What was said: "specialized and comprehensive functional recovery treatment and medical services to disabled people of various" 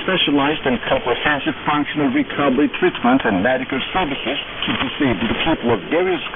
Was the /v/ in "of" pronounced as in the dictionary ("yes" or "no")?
yes